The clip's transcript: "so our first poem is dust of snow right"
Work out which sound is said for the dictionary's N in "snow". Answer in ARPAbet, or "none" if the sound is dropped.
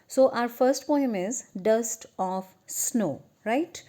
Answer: N